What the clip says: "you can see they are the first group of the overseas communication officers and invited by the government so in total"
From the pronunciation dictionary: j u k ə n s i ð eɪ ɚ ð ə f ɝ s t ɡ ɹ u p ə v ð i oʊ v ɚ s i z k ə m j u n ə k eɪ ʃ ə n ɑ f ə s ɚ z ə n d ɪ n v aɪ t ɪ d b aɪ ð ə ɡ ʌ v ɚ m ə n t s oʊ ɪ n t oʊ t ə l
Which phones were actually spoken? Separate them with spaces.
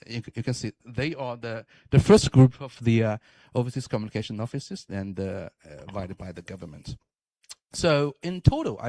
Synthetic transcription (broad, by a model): j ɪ k ə n s i ð eɪ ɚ ð ə f ɝ s t ɡ ɹ u p ə v ð i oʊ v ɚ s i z k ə m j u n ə k eɪ ʃ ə n ɑ f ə s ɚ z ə n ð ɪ v aɪ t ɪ d b aɪ ð ə ɡ ʌ v ɚ m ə n t s oʊ ɪ n t oʊ t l